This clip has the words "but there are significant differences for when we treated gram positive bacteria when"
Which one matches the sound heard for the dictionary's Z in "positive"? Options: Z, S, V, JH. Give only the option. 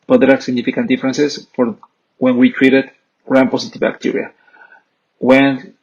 S